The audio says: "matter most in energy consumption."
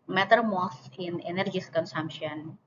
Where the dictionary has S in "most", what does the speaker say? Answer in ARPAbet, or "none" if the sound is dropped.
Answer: TH